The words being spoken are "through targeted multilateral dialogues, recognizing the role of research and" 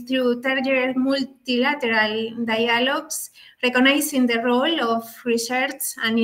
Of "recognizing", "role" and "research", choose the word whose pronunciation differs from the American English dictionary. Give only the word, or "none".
recognizing